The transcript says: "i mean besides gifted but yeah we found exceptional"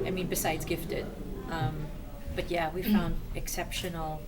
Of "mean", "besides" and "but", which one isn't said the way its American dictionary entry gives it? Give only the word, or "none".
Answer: none